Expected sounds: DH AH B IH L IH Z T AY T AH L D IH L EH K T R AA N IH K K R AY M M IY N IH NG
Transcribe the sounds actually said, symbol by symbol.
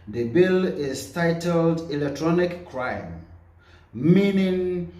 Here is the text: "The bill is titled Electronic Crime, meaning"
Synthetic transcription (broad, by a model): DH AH B IH L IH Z T AY T AH L D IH L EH K T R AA N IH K K R AY M M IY N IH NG